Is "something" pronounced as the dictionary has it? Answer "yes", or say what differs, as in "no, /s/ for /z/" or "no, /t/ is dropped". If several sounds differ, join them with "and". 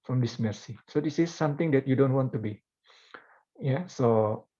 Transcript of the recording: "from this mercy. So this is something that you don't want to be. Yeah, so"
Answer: no, /t/ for /θ/